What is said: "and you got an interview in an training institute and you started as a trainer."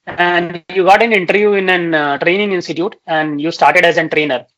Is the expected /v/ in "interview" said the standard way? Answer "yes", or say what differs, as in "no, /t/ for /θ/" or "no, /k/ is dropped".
yes